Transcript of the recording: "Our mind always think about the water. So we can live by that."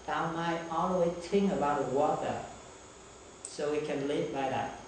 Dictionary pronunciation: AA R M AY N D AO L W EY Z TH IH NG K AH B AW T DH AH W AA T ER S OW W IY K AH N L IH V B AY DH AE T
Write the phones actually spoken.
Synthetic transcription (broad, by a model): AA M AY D AO L W EY Z T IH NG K AH B AW T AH W AA T ER S OW W IY K AH N L IH V B AY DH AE T